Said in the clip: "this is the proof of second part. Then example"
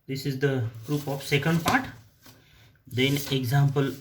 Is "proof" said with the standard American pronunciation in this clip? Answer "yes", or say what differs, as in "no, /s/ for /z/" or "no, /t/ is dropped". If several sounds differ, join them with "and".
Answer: no, /p/ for /f/